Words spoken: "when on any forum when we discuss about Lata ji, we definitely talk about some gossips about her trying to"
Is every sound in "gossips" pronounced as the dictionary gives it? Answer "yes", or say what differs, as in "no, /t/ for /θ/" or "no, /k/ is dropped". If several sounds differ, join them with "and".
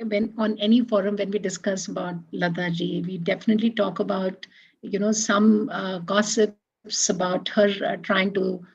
yes